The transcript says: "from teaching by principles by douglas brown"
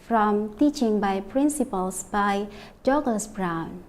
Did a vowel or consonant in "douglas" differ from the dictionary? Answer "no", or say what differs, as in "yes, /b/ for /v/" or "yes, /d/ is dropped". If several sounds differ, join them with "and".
yes, /l/ is dropped